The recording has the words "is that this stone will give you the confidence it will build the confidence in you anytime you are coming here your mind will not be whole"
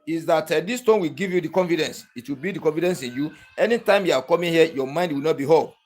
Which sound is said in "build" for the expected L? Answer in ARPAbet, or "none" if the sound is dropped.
none